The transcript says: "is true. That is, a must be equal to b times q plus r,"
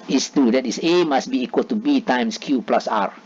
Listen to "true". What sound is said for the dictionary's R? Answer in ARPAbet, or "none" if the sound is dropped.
none